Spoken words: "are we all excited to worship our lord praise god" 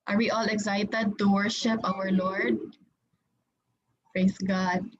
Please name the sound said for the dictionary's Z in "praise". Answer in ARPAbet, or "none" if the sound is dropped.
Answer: S